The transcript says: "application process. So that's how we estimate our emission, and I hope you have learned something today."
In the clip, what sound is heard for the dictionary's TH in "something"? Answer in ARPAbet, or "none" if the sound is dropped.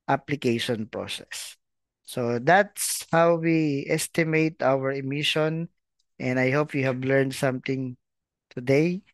T